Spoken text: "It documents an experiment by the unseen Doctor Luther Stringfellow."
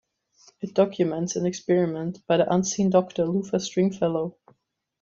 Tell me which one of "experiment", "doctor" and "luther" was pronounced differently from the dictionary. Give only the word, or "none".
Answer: luther